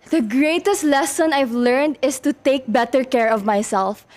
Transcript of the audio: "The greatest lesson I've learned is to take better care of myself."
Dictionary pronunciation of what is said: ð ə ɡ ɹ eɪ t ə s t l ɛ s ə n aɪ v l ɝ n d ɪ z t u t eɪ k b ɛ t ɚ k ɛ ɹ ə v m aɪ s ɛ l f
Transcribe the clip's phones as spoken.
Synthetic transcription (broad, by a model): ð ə ɡ ɹ eɪ t ə s t l ɛ s ə n aɪ v l ɝ n d ɪ s t u t eɪ k b ɛ t ɚ k ɛ ɹ ə v m aɪ s ɛ l f